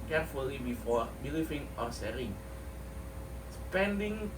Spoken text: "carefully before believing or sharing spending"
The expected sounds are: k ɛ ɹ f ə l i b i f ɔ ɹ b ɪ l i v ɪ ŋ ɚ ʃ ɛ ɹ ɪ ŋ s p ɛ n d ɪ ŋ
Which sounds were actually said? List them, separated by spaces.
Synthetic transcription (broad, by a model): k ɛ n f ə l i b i f ɔ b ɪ l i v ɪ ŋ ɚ s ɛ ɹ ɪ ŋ s p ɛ n d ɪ ŋ